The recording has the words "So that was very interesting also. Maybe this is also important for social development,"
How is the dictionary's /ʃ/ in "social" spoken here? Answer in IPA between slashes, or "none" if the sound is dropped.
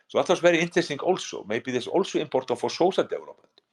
/s/